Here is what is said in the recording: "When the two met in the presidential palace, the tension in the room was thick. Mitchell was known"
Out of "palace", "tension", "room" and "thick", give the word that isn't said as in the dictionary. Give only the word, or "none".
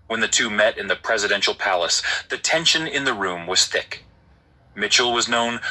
none